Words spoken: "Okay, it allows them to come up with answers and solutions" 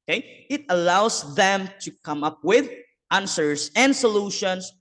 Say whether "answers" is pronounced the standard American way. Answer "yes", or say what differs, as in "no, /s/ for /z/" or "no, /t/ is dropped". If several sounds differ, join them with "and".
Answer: no, /s/ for /z/